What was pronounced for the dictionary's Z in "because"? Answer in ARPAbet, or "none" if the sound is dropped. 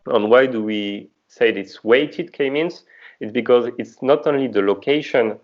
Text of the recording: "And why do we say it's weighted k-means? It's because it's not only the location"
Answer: Z